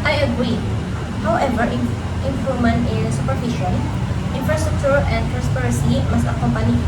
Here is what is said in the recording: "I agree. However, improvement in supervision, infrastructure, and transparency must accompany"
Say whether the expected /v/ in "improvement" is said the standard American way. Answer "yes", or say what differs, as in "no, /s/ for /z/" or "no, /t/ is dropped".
no, /v/ is dropped